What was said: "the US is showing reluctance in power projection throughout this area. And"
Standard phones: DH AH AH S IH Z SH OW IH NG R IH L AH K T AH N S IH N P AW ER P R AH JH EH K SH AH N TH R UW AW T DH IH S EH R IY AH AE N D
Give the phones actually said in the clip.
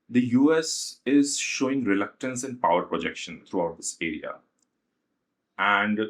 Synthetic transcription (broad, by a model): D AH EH S IH Z SH OW IH NG R IH L AH K T AH N S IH N P AW ER P R AH JH EH K SH AH N T R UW AW T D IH S EH R IY AH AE N D